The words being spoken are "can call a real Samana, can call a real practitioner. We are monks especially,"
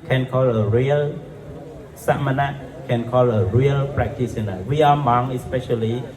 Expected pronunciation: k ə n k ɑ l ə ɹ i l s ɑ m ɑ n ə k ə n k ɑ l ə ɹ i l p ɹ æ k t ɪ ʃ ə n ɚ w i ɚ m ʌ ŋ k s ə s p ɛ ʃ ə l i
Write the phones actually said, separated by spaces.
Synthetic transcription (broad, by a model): k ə n k ɑ l ə ɹ i l s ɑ m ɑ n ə k ə n k ɑ l ə ɹ i l p ɹ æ k t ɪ s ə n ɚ w i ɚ m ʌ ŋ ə s p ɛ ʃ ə l i